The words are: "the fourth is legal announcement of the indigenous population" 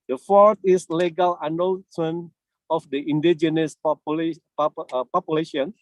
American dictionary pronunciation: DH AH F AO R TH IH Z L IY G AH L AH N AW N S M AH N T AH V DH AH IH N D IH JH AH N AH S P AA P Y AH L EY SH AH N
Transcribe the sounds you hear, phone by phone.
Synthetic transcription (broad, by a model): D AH F AO R T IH S L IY G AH L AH N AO L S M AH N AH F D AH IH N D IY JH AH N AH S P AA P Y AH L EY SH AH N